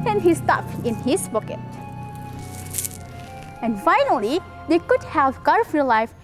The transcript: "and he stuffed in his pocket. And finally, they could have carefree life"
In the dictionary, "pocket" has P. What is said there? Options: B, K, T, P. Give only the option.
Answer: B